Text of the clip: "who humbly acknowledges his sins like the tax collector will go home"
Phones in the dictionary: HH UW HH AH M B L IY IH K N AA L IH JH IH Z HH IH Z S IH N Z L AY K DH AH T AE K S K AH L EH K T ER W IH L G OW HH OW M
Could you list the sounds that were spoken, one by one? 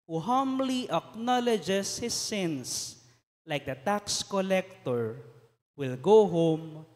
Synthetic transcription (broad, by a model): HH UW HH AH M L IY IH K N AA L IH JH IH S HH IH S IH N S L AY K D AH T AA K S K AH L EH K T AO W IH L G OW HH OW M